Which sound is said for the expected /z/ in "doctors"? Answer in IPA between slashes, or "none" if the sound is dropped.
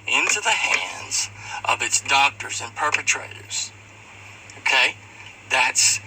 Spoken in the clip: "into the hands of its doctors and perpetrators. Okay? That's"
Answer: /z/